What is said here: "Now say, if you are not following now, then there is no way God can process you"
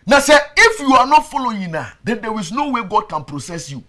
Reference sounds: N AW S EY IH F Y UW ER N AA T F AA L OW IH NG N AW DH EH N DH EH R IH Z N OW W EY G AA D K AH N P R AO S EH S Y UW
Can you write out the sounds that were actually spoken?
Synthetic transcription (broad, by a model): N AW S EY IH F Y UW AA N AA T F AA L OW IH N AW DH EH N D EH W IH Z N OW W EY G AA D K AH N P R AO S EH S Y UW